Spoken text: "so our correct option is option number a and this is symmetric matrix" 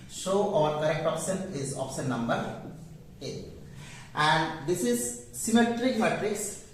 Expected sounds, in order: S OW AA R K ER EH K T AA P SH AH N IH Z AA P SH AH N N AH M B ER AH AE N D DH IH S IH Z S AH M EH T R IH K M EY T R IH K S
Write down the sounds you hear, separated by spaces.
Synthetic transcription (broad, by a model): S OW AA R K ER EH K T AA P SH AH N IH Z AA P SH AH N N AH M B ER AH AE N D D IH S IH Z S AH M EH T R IH K M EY T R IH K S